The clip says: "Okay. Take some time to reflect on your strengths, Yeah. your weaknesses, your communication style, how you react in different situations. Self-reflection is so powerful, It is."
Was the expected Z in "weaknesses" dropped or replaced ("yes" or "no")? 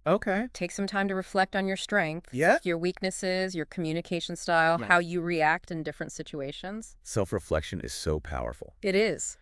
no